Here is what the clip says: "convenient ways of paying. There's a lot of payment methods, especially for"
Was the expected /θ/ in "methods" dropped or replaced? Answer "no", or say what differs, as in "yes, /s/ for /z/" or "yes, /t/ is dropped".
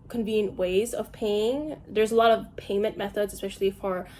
no